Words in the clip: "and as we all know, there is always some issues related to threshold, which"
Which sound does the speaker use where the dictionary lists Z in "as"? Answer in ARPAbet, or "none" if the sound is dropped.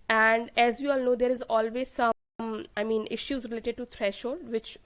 Z